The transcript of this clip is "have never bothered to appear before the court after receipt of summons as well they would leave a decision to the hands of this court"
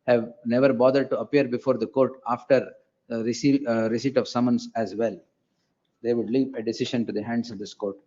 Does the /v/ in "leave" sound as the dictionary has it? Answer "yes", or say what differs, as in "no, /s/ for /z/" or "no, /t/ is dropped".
no, /p/ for /v/